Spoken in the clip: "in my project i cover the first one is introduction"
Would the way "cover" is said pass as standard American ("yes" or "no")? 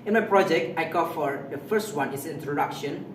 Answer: no